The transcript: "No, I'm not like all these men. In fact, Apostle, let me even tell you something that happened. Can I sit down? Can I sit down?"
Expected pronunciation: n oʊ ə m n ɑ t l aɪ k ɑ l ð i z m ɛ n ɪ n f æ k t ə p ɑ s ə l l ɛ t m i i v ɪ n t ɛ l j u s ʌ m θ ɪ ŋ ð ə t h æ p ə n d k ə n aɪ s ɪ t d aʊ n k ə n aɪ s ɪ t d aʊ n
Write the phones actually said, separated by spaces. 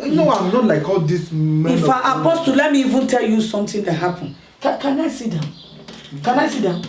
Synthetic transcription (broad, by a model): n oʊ ə m n ɑ t l aɪ k ɑ l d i s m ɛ ɪ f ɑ t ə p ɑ s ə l l ɛ t m i i v ɪ n t ɛ l j u s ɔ m t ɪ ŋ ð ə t h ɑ p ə n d k ə n aɪ s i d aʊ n k ə n aɪ s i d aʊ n